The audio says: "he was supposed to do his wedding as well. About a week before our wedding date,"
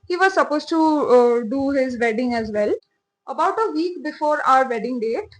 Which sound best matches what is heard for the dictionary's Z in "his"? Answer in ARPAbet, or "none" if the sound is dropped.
Z